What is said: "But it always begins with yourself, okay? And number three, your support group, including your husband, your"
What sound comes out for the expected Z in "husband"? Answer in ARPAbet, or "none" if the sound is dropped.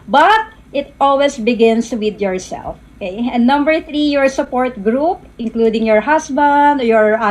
S